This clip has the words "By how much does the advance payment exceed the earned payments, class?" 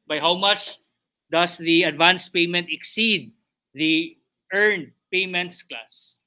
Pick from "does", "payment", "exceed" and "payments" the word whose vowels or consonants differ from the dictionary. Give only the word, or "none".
does